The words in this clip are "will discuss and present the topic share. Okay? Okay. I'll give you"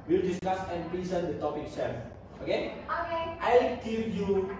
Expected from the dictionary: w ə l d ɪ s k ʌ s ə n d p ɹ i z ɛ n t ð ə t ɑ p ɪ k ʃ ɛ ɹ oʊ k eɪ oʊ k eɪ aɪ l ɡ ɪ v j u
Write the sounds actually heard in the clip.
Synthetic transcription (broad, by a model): w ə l d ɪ s k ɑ s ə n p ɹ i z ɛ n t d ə t ɑ p ɪ k s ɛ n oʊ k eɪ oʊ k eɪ aɪ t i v j u